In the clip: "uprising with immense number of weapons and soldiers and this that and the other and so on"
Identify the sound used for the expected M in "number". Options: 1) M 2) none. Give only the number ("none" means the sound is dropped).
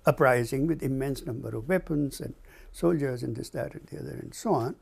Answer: 1